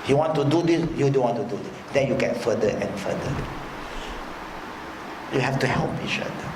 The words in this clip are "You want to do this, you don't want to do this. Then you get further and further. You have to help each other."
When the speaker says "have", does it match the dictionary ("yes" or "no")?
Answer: no